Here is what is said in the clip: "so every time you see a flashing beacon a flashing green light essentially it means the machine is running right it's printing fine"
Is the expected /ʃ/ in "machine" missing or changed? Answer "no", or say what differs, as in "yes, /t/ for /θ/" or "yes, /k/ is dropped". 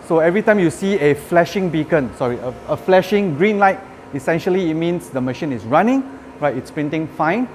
no